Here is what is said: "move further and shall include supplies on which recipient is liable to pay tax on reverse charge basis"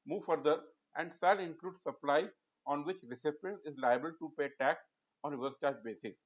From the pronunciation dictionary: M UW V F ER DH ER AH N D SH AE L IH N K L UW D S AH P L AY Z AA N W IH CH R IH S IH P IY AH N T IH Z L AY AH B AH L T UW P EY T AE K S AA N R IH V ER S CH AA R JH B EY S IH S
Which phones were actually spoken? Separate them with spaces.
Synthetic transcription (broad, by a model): M UW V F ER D ER AH N D S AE L IH N K L UW D S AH P L AY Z AA N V IH CH R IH S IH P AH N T IH Z L AY AH B AH L T UW P EY T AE K S AA N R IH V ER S CH AA R JH B EY S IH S